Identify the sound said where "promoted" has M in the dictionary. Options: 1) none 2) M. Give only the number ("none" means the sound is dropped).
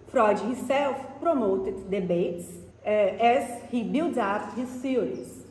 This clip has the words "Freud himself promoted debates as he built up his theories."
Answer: 2